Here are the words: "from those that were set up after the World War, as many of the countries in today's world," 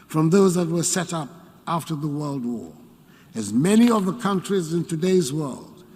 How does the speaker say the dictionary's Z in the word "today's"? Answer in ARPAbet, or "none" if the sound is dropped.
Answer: Z